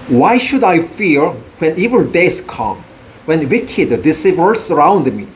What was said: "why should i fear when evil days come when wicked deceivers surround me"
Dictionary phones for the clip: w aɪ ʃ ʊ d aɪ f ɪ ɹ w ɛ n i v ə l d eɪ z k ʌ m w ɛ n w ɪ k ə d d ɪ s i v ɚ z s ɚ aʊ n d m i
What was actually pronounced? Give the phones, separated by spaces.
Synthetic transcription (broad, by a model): w aɪ ʃ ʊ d aɪ f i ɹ w ɛ n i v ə n d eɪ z k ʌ m w ɛ n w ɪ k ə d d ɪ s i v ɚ s ɚ aʊ n d m i